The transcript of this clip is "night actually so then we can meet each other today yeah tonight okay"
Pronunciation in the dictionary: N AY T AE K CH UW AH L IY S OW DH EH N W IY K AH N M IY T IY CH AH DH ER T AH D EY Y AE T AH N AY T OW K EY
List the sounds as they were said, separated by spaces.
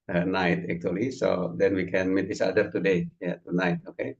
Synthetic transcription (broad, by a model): N AY T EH K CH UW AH L IY S OW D EH N W IY K AH N M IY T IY S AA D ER T AH D EY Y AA T AH N AY T OW K EY